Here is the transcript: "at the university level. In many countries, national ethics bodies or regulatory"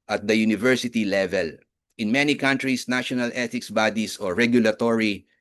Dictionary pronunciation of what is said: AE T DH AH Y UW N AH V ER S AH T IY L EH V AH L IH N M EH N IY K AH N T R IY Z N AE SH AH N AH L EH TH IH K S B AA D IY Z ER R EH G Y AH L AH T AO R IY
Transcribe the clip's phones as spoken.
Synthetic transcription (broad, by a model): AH T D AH Y UW N AH V ER S AH T IY L EH V AH L IH N M EH N IY K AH N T R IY S N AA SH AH N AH L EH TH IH K S B AA D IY S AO R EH G Y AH L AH T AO R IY